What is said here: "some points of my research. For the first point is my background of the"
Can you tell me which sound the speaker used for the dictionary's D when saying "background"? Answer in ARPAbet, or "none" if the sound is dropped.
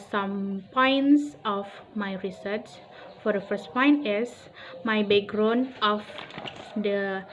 none